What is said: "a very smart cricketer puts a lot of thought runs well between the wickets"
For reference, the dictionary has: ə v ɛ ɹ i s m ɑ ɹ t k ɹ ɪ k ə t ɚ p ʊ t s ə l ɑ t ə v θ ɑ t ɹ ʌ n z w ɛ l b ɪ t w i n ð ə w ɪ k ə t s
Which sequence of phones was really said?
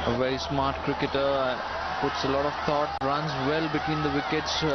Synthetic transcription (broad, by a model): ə v ɛ ɹ i s m ɑ ɹ t k ɹ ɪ k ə t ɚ p ʊ t s ə l ɑ t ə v t ɑ t ɹ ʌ n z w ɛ l b ɪ t w i n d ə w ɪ k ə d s